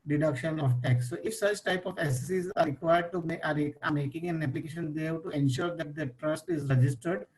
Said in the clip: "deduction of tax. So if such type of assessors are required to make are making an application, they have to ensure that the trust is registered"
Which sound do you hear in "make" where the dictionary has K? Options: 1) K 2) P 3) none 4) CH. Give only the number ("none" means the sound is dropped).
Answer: 3